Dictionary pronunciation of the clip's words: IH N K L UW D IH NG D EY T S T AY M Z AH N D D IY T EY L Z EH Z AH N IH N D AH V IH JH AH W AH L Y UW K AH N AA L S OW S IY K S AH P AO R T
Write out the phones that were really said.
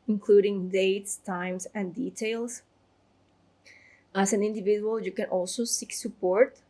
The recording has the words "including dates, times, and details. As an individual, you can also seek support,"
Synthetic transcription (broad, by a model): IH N K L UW D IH NG D EY T S T AY M S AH N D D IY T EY L S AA S AH N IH N D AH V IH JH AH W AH L Y UW K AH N AA L S OW S IY K S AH P AO R T